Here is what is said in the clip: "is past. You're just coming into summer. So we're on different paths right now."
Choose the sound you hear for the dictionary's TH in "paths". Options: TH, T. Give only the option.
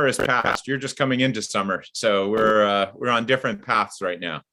TH